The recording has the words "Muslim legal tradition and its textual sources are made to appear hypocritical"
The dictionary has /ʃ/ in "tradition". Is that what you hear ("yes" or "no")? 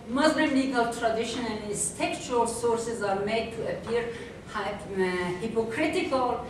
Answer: yes